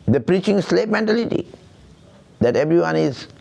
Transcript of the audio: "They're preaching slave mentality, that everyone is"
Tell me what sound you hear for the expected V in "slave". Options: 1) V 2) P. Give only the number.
2